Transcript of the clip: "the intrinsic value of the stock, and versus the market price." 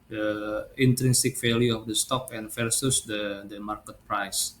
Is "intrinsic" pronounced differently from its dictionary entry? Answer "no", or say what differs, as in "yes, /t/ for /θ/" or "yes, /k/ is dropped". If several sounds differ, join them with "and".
no